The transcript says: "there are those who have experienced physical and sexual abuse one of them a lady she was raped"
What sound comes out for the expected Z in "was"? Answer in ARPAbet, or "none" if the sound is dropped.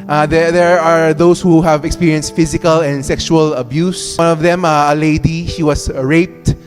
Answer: S